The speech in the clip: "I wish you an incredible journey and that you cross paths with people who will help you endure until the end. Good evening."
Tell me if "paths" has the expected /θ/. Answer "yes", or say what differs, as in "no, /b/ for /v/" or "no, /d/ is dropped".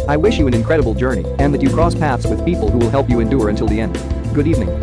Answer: yes